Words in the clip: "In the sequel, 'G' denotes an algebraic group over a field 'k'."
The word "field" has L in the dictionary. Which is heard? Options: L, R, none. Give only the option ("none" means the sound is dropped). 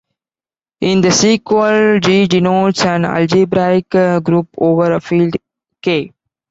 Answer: L